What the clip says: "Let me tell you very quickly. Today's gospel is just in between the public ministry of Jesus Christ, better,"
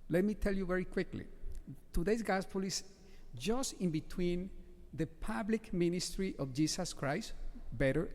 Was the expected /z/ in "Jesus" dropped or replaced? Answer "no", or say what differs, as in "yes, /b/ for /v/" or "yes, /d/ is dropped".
yes, /s/ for /z/